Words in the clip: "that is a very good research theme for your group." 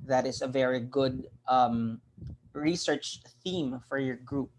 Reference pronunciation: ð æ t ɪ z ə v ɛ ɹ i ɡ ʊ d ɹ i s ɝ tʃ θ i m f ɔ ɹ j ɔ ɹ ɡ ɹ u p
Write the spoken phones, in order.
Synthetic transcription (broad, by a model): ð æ t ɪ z ə v ɛ ɹ i ɡ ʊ d ɹ i s ɝ tʃ θ i m f ɔ ɹ j ɔ ɹ ɡ ɹ u p